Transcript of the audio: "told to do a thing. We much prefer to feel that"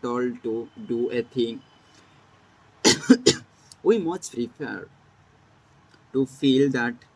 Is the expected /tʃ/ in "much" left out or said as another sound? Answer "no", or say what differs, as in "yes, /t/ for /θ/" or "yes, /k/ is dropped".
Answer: yes, /s/ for /tʃ/